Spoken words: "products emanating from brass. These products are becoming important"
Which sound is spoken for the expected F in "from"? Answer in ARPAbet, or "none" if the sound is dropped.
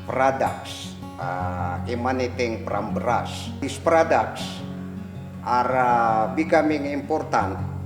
P